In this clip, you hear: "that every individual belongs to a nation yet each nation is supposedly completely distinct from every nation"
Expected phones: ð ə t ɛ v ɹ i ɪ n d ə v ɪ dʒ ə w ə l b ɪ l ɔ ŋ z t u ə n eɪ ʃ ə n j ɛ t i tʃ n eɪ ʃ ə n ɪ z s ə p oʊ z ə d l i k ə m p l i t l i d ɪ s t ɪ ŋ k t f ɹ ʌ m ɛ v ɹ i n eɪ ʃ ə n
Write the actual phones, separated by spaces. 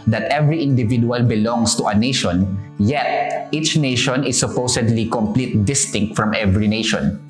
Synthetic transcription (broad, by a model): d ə t ɛ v ɹ i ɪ n d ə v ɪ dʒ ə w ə l b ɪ l ɔ ŋ s t u ə n eɪ ʃ ə n j ɛ t i tʃ n eɪ ʃ ə n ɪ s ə p oʊ s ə d l i k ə m p l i t d ɪ s t ɪ ŋ k t f ɹ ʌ m ɛ v ɹ i n eɪ ʃ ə n